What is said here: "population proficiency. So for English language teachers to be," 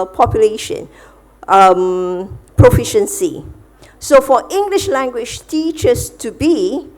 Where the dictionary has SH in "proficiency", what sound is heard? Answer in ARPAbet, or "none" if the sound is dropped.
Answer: SH